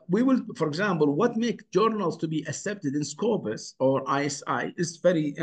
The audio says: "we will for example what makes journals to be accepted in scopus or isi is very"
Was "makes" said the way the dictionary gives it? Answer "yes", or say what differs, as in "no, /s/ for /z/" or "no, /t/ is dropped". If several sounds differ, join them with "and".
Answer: no, /s/ is dropped